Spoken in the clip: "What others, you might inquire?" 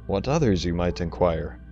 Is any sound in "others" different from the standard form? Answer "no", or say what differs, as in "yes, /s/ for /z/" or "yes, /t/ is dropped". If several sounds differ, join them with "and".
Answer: no